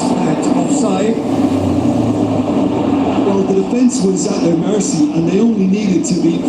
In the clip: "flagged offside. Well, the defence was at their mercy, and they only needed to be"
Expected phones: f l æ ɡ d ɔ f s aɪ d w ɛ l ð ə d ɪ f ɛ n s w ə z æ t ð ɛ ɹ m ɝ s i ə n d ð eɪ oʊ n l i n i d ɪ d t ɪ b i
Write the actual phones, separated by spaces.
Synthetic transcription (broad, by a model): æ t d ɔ s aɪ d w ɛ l ð ə d ɪ f ɛ n s w ə z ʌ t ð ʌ ɹ m ɝ s i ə n ð eɪ oʊ n l i n i d ɪ d t ɪ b i